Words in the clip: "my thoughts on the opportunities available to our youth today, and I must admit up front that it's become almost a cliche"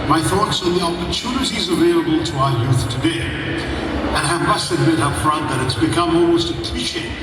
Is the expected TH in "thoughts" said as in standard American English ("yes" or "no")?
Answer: yes